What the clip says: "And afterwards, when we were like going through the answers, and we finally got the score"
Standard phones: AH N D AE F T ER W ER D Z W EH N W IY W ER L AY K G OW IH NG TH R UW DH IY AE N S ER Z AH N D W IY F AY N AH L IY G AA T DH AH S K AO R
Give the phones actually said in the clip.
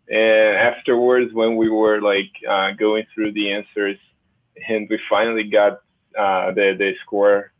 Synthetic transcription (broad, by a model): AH N AE F T ER W ER D Z W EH N W IY W ER L AY K G OW IH NG TH R UW DH IY AE N S ER Z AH N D W IY F AY N L IY G AA T DH AH S K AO R